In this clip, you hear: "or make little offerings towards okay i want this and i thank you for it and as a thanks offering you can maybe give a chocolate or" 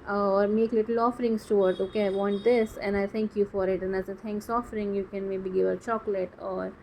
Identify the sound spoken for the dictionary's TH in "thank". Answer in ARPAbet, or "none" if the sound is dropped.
T